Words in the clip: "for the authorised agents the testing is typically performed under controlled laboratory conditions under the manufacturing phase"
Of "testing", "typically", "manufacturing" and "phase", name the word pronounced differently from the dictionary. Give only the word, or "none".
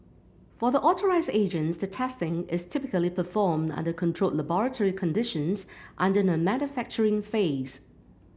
none